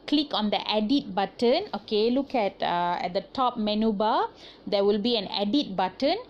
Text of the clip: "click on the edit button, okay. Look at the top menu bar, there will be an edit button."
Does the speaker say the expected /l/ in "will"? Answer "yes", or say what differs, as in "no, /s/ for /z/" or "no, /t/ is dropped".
yes